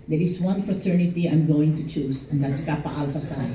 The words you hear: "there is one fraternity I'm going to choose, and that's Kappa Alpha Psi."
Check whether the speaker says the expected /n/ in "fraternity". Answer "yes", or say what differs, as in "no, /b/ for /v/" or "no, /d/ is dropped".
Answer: yes